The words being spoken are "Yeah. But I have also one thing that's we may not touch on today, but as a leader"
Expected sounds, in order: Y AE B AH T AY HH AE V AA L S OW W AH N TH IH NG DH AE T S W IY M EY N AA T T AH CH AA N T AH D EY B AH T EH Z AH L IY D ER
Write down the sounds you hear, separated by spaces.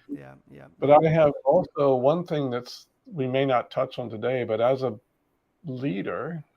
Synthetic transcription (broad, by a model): B AH T AY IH V AA L S OW W AH N TH IH NG DH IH T S W IY M EY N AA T T AH CH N T AH D EY B AH T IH Z AH L IY D ER